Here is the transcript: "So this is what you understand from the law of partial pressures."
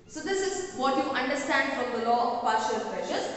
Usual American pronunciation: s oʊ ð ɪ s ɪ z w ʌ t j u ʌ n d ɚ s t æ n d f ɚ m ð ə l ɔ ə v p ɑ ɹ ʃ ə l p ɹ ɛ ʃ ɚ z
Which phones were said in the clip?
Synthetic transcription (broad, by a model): s oʊ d ɪ s ɪ z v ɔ t j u ʌ n d ɚ s t æ n d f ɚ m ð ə l ɔ p ɑ ɹ ʃ ə l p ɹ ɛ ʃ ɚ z